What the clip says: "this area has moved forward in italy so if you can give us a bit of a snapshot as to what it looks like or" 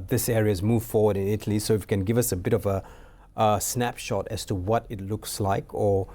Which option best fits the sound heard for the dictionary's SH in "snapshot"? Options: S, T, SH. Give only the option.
SH